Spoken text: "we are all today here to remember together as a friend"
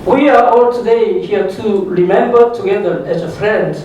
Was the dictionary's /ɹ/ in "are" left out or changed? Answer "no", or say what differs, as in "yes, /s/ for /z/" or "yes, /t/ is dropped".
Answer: no